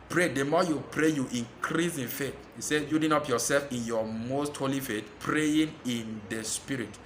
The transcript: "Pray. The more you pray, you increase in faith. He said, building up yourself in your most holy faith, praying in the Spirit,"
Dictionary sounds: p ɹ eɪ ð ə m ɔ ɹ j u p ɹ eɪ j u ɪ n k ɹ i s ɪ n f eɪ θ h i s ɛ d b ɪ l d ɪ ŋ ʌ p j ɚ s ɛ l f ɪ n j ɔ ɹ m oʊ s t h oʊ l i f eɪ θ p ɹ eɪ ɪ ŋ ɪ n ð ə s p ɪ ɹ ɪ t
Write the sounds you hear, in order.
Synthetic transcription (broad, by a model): p ɹ eɪ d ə m ɔ j u p ɹ eɪ j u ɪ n k ɹ i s ɪ n f eɪ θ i s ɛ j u d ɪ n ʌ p j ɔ s ɛ l f ɪ n j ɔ m oʊ s t h oʊ l i f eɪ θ p ɹ eɪ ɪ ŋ ɪ n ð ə s p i ɹ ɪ t